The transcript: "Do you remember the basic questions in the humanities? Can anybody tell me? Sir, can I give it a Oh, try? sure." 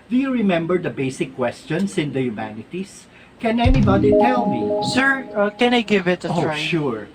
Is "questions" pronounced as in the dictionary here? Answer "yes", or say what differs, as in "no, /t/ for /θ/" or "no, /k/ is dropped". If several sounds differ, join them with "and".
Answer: no, /s/ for /z/